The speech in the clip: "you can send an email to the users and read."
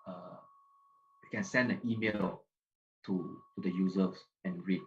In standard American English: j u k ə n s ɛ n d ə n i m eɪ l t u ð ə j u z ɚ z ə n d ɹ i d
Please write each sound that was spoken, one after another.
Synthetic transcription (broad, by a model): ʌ k ə n s ɛ n d ə n i m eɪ l t u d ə j u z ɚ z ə n ɹ i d